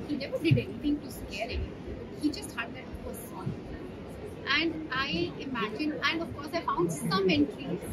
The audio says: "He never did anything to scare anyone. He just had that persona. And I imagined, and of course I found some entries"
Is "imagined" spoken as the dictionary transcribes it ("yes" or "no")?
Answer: no